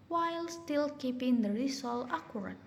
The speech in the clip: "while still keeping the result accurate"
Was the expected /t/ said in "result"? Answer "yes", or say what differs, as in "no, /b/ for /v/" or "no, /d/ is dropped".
no, /t/ is dropped